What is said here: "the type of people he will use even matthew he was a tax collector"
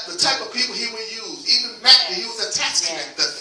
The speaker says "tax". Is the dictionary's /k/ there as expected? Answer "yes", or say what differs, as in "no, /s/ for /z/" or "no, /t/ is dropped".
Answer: no, /k/ is dropped